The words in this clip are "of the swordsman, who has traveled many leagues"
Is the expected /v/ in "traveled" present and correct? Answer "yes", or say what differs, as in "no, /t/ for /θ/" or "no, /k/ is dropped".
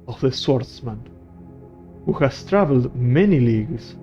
yes